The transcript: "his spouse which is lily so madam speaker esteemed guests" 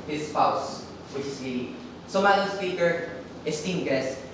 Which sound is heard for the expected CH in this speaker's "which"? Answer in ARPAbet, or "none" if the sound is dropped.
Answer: S